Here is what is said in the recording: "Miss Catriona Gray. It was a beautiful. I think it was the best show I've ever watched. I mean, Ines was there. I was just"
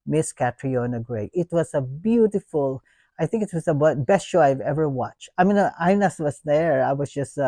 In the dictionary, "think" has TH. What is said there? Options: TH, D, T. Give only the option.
TH